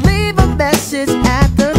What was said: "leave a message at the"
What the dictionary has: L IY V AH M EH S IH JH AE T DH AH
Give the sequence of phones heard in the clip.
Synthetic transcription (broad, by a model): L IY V AH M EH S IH Z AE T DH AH